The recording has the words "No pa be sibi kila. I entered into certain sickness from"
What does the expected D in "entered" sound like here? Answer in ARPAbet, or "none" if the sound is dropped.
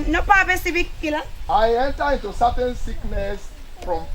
none